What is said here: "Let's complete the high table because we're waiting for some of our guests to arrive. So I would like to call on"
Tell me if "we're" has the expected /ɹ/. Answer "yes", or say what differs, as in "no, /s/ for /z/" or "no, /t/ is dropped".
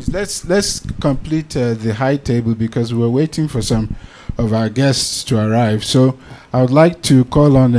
no, /w/ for /ɹ/